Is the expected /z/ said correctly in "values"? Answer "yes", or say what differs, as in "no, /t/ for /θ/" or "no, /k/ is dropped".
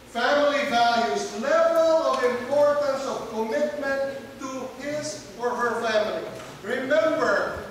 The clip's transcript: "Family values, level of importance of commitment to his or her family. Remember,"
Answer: no, /s/ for /z/